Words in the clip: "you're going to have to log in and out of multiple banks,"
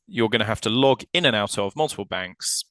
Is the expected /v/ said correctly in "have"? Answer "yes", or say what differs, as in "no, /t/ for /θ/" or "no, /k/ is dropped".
no, /f/ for /v/